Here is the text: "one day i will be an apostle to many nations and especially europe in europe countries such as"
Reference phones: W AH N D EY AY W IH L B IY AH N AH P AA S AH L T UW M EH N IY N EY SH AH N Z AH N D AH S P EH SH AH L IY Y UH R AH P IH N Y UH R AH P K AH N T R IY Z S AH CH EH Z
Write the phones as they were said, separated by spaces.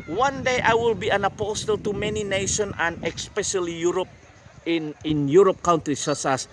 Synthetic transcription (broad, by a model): W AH N D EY AY W IH L B IY AH N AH P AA S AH L T UW M EH N IY N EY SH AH N AH N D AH S P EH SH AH L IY Y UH R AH P IH N Y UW R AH P K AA N T R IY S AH S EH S